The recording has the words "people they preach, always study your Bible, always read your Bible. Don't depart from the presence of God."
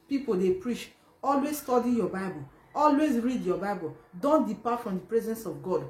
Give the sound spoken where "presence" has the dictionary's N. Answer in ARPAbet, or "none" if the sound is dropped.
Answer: N